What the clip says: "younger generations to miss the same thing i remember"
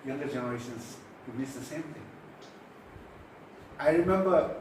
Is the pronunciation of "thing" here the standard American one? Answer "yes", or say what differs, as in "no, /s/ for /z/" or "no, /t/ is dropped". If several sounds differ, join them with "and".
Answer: no, /t/ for /θ/